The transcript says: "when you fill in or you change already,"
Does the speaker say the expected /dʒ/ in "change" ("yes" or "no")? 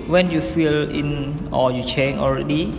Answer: no